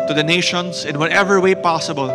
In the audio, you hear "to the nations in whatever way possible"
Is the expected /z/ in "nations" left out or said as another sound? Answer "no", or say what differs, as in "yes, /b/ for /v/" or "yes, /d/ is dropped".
yes, /s/ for /z/